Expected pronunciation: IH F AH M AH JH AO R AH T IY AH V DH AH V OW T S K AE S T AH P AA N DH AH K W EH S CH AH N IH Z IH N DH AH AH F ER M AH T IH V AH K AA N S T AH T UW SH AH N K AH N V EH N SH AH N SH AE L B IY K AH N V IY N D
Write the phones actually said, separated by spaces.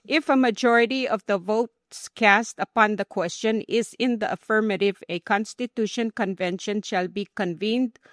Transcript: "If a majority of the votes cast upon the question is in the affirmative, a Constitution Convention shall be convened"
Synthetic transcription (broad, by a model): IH F AH M AH JH AO R AH T IY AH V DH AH V OW T S K AE S T AH P AA N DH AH K W EH S CH AH N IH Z IH N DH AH AH F ER M AH T IH V AH K AA N S T AH T UW SH AH N K AH N V EH N SH AH N SH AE L B IY K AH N V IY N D